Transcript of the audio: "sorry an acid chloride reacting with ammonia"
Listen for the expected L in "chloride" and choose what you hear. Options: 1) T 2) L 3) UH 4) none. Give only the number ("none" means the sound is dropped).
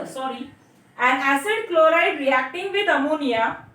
2